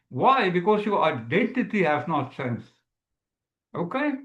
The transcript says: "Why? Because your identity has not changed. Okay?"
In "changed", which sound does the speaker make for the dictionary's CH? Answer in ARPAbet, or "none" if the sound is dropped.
S